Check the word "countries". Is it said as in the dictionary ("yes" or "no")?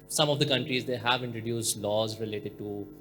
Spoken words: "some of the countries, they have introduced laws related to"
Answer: yes